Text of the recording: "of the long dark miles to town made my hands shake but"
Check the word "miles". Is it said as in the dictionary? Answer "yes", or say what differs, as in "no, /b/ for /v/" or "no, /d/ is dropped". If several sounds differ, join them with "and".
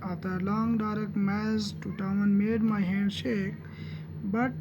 no, /l/ is dropped